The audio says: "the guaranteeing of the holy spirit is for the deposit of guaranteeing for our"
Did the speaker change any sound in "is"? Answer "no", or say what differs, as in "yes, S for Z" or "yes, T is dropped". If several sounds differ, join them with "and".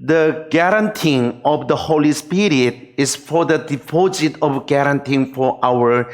yes, S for Z